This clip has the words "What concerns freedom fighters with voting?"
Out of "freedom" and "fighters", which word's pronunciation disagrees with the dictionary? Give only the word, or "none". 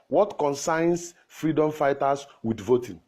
fighters